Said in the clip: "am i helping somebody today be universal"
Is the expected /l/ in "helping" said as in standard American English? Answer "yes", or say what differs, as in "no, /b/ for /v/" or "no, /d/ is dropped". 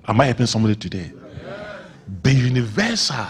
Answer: no, /l/ is dropped